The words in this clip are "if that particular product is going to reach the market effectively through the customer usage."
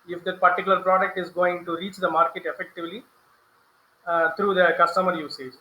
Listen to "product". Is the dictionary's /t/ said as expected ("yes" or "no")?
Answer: yes